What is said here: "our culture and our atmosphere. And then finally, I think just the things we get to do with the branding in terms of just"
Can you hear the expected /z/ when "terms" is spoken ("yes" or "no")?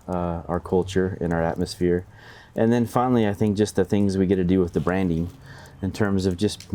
yes